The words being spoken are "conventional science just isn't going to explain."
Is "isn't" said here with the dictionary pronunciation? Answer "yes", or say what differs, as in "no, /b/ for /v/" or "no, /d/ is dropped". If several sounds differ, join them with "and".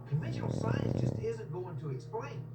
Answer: yes